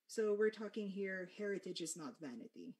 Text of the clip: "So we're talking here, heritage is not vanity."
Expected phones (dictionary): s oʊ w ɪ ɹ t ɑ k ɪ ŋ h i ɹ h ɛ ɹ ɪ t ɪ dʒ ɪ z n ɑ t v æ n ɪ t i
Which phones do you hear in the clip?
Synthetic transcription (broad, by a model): s oʊ w ɪ ɹ t ɑ k ɪ ŋ h i ɹ h ɛ ɹ ɪ t ɪ dʒ ɪ z n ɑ t v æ n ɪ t i